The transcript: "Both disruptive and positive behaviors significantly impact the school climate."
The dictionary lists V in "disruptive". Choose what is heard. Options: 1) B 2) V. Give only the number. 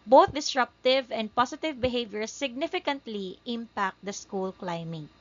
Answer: 2